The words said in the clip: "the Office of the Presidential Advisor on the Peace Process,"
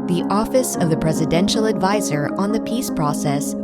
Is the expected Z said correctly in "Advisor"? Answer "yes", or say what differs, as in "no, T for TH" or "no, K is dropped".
yes